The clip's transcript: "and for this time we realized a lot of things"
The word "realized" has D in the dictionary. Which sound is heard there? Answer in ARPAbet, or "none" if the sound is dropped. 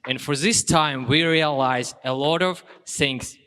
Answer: none